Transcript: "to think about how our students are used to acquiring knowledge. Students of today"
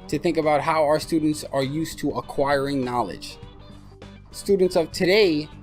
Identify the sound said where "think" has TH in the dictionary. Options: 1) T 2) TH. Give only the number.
2